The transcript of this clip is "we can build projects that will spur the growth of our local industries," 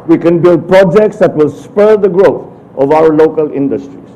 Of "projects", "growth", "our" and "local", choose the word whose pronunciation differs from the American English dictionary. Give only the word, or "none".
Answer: growth